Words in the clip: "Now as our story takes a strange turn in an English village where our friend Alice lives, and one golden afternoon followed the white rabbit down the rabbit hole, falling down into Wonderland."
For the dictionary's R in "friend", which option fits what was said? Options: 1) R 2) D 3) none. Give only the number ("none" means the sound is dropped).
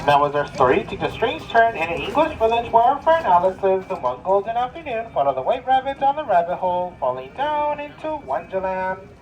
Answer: 3